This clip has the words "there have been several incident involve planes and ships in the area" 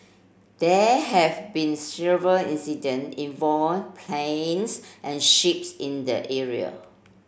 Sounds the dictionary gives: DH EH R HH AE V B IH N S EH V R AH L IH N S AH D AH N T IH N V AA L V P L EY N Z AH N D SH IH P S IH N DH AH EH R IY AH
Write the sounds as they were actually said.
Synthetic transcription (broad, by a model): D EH HH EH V B IH N S EH V R AH L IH N S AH D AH N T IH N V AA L P L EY N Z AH N SH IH P S IH N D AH EH R IY AH